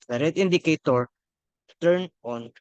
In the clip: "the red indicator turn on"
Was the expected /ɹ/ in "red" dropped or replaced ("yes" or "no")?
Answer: no